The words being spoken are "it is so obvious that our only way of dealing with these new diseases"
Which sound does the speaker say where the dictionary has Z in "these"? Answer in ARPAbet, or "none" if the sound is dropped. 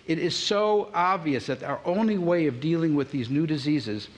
Z